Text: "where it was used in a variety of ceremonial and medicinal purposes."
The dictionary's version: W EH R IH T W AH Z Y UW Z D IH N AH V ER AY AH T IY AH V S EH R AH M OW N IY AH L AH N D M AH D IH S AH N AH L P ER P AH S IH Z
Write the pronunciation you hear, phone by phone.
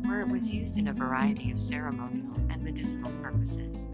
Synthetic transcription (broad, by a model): W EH R IH T W AH Z Y UW Z D IH N AH V ER AY AH T IY AH V S EH R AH M OW N IY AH L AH N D M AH D IH S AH N L P ER P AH S IH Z